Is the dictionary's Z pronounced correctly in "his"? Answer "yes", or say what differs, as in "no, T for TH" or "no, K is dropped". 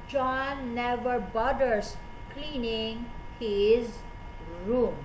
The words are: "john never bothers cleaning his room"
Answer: yes